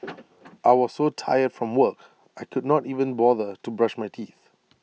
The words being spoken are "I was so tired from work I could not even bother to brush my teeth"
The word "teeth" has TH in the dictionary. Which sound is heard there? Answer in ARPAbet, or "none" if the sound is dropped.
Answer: TH